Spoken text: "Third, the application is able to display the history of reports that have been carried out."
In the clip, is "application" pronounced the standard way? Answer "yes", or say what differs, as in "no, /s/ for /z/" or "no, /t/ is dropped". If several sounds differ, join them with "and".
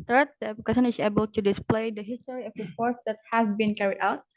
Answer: no, /l/ is dropped